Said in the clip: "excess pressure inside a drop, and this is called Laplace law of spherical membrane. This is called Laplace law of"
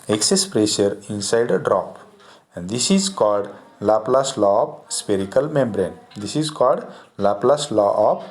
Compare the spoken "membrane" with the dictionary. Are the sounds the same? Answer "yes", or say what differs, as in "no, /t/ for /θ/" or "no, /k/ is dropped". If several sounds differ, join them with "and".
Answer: yes